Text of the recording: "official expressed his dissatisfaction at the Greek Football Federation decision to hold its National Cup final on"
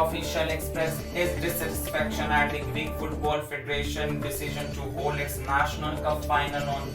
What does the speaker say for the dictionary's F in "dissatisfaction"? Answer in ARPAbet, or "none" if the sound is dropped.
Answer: P